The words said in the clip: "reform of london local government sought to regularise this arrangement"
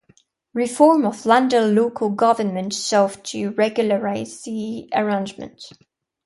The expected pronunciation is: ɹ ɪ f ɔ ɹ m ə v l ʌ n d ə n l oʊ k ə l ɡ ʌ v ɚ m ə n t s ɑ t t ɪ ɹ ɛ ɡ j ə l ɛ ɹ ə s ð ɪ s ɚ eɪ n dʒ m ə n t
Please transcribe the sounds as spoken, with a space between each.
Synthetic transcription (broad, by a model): ɹ ɪ f ɔ ɹ m ə v l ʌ n d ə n l oʊ k ə l ɡ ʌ v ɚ m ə n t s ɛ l t ɪ ɹ ɛ ɡ j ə l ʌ ɹ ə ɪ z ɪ ɚ eɪ n dʒ m ə n t